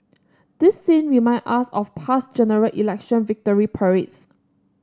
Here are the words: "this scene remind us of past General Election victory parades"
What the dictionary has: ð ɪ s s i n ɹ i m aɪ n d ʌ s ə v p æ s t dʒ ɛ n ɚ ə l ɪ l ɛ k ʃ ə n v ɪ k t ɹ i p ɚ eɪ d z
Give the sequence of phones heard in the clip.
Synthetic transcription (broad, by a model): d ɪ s s i n w i m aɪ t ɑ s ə f p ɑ s dʒ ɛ n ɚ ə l ɪ l ɛ k ʃ ə n v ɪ k t ɹ i p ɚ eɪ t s